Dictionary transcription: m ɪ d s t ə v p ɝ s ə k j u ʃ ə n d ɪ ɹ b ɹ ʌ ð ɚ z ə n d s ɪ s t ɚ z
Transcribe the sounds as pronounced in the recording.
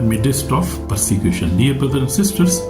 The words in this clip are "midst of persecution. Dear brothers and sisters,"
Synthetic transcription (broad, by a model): m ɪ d s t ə f p ɝ s ə k j u ʃ ə n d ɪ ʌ b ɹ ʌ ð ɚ ə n s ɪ s t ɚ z